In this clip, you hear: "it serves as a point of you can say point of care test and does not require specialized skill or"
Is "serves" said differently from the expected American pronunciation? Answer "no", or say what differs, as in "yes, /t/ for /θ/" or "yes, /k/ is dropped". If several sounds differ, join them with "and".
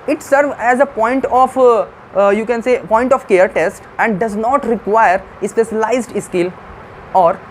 yes, /z/ is dropped